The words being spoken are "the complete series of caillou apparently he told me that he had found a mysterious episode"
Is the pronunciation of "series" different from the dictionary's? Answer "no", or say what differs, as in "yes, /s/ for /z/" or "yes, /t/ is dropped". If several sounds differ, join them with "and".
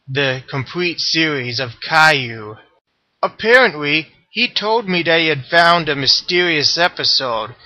no